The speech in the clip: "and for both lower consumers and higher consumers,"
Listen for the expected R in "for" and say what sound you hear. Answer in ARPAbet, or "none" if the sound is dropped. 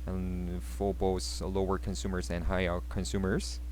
L